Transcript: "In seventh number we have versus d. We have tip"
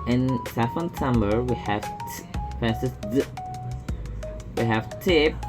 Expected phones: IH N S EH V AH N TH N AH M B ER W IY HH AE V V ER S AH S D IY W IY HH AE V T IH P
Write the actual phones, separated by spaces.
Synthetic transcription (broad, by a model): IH N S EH F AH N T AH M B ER W IY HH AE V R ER S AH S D W IY HH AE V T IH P